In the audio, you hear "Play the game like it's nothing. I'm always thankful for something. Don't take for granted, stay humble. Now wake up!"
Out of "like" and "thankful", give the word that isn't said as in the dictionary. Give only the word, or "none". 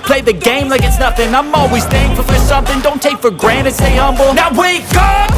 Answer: thankful